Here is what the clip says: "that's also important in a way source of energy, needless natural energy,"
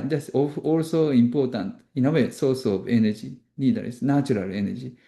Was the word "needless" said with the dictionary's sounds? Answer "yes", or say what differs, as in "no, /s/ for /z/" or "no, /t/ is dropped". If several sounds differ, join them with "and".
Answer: no, /l/ is dropped